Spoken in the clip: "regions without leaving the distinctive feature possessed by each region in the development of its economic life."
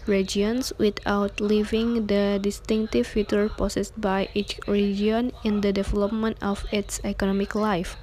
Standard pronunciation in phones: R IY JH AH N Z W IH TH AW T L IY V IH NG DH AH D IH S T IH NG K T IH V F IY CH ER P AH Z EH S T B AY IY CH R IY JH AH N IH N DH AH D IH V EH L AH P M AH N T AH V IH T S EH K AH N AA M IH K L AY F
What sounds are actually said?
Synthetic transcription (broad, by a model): R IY JH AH N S W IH T AW T L IY V IH NG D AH D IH S T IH NG K T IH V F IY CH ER P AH S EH S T B AY IY CH R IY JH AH N IH N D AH D IH V EH L AH P M AH N T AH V IH T S EH K AH N AA M IH K L AY F